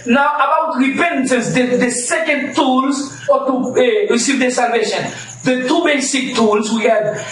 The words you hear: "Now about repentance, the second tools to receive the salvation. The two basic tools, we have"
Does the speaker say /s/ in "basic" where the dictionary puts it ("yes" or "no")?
yes